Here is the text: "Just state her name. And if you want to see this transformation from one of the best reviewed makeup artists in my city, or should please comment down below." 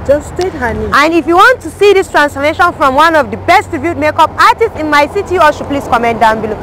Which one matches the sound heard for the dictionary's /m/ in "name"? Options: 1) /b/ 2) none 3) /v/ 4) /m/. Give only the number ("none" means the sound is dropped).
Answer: 2